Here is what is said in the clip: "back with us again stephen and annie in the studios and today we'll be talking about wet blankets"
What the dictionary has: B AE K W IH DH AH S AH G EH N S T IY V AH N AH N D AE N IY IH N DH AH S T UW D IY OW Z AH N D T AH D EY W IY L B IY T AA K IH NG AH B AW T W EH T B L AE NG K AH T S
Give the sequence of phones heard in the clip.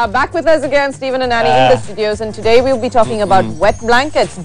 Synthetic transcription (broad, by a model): B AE K W IH DH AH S AH G EH N S T IY V AH N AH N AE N IY IH N DH AH S T UW D IY OW Z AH N T AH D EY W IY L B IY T AA K IH NG AH B AW T W EH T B L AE NG K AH T S